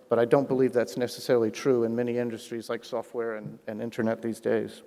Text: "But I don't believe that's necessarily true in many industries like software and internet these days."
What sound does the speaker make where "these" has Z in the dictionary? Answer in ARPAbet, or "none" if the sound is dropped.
Z